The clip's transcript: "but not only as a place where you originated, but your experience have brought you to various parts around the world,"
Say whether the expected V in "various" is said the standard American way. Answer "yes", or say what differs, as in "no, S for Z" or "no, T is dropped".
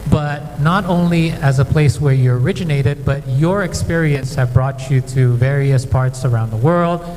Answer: yes